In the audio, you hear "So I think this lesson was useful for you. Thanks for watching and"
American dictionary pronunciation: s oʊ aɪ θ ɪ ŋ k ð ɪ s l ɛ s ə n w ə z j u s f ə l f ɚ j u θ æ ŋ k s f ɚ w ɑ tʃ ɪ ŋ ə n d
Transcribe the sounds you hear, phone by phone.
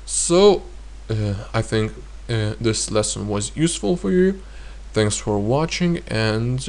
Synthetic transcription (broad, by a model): s oʊ aɪ θ ɪ ŋ k ð ɪ s l ɛ s ə n w ə z j u s f ə l f ɚ j u θ æ ŋ k s f ɚ w ɑ tʃ ɪ ŋ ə n